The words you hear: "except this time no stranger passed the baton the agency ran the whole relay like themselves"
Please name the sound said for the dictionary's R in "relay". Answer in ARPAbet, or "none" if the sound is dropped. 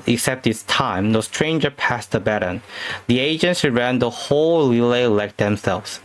L